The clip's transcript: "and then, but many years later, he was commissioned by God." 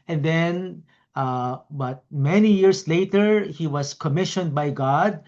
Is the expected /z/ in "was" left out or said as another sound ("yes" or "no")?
yes